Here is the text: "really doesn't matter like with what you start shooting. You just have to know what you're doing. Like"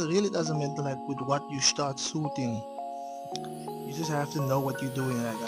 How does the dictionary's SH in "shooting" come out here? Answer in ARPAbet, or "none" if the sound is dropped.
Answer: S